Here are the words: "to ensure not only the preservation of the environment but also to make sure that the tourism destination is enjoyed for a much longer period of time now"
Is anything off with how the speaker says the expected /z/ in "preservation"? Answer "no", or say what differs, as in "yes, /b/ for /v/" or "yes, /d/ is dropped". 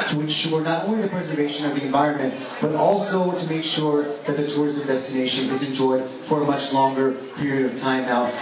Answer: no